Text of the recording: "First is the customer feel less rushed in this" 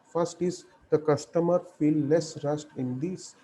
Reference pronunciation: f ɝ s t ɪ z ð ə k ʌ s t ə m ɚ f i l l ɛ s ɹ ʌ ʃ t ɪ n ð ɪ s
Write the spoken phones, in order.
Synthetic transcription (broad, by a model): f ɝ s t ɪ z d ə k ʌ s t ə m ɚ f i l l ɛ s ɹ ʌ s t ɪ n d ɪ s